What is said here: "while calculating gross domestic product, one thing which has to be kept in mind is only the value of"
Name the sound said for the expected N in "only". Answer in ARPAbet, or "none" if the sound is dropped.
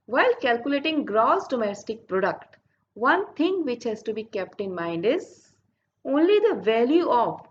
N